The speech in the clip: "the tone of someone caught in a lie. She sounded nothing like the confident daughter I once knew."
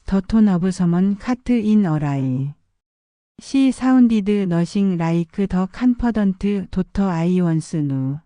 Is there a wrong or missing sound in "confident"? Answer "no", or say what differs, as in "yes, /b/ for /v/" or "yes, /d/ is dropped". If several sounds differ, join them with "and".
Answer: yes, /p/ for /f/